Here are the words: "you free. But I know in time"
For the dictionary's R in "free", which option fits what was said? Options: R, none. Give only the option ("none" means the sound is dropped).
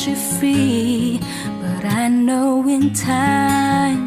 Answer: none